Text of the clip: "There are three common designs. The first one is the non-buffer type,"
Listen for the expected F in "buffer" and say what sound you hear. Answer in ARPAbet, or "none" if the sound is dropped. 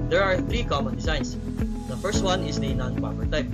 P